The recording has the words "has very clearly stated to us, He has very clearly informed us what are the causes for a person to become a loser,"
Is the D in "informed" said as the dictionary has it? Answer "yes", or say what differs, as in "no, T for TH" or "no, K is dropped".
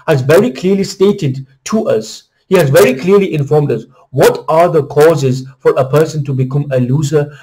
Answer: yes